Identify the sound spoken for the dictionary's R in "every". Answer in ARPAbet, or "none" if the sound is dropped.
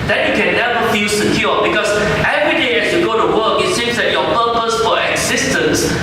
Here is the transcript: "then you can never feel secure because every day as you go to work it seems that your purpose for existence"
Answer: R